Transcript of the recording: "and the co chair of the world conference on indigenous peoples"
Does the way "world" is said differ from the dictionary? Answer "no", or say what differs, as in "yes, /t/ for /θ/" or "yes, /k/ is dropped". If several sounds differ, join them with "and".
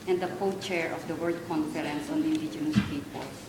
yes, /l/ is dropped